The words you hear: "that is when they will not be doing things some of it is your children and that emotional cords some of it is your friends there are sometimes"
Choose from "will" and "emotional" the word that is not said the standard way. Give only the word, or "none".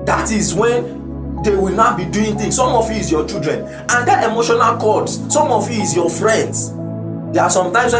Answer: none